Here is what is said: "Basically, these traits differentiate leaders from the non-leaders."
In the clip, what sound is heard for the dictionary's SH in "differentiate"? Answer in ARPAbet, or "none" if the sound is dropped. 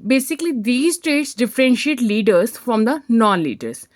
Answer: SH